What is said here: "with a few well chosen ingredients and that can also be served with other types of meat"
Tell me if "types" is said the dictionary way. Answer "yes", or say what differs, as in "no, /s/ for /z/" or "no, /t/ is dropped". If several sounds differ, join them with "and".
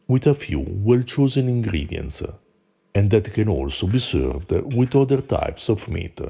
yes